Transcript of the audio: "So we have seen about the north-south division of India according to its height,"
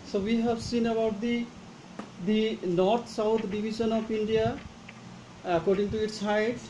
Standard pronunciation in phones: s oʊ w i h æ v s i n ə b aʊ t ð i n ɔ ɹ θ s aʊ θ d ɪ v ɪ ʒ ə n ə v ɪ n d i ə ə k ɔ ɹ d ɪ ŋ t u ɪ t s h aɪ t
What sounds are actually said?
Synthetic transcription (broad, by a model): s oʊ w i h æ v s i n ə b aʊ t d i n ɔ ɹ t s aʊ t d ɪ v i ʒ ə n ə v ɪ n d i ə ə k ɔ ɹ d ɪ ŋ t u ɪ t s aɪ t